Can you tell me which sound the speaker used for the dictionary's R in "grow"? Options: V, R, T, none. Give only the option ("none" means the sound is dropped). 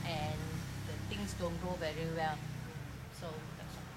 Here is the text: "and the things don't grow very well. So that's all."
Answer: none